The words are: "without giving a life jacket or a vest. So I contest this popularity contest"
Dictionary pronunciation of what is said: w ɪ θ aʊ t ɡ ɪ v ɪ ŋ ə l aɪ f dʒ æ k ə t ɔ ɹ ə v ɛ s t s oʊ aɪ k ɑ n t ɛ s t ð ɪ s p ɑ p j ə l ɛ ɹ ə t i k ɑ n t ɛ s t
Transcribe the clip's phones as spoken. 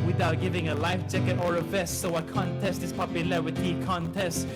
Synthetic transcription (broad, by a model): w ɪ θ aʊ t ɡ ɪ v ɪ ŋ ə l aɪ f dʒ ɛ k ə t ɔ ɹ ə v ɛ s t s oʊ aɪ k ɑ n t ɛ s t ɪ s p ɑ p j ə l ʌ w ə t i k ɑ n t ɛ s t